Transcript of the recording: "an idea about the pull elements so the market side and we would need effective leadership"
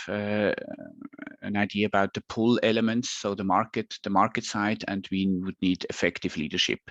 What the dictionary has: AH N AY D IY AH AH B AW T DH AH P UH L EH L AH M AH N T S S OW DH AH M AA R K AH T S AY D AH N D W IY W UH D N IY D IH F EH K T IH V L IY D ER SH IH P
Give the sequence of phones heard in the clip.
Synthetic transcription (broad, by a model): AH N AY D IY AH AH B AW T DH AH P UH L EH L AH M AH N T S S OW DH AH M AA R K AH T S AY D AH N D W IY W UH D N IY D IH F EH K T IH V L IY D ER SH IH P